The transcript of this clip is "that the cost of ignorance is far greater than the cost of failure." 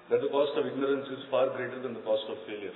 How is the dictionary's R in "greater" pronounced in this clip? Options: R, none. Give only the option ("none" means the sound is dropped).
R